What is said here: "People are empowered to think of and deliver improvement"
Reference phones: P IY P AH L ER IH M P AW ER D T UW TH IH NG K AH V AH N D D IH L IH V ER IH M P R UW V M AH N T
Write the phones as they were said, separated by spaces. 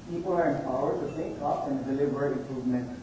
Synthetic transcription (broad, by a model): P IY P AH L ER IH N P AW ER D T UW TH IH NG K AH P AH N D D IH L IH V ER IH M P R UW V M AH N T